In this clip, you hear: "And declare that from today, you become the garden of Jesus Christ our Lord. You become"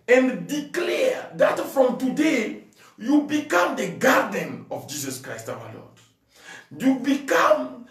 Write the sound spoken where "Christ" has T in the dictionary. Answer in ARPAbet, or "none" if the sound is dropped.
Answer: T